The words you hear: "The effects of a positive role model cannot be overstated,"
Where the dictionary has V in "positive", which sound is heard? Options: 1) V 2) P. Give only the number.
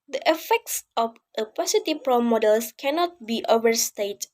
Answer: 2